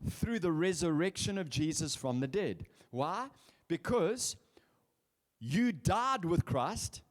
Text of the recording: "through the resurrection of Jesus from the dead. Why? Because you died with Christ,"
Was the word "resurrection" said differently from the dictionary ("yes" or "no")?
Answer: no